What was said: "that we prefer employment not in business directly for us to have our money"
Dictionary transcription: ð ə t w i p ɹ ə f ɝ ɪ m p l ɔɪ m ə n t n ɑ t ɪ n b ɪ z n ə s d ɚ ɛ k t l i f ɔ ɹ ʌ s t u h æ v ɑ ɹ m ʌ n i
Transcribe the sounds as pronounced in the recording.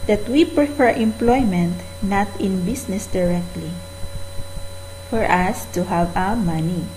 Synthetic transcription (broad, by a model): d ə t w i p ɹ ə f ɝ ɪ m p l ɔɪ m ə n t n ɑ t ɪ n b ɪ s n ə s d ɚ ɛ k t l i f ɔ ɹ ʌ s t u h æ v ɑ w m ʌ n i